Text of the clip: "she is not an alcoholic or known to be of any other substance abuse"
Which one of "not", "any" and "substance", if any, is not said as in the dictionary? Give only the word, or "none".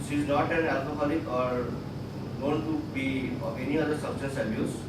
substance